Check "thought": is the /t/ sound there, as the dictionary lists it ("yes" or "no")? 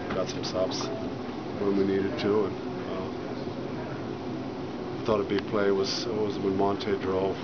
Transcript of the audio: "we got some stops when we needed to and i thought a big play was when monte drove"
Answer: yes